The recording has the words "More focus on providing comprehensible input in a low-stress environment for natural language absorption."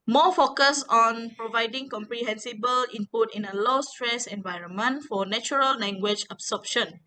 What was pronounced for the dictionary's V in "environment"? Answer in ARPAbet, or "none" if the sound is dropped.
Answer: V